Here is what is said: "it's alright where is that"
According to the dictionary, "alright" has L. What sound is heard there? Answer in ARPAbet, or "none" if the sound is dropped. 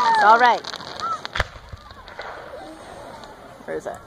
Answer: L